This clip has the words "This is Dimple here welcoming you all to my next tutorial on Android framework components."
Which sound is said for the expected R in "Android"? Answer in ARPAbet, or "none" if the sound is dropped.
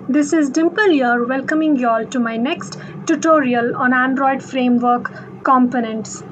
R